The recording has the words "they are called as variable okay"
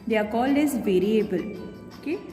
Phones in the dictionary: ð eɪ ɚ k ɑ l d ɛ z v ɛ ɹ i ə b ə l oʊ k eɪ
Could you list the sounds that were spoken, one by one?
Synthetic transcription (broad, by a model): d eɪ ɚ k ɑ l ɪ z v ɛ ɹ i ə b ə l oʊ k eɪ